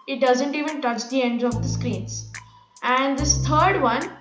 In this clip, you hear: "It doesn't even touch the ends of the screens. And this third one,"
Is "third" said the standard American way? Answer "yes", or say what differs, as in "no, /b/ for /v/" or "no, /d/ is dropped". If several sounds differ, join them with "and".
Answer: no, /t/ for /θ/